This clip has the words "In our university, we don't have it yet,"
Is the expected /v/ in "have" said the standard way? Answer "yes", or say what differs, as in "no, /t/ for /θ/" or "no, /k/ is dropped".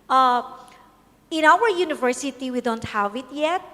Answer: yes